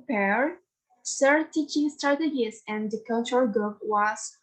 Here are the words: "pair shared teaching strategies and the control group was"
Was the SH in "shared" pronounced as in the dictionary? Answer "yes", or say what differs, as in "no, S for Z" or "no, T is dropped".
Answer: no, S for SH